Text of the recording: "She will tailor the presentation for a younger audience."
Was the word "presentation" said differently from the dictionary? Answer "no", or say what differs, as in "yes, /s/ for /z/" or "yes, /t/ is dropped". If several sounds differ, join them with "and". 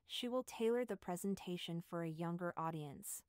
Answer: no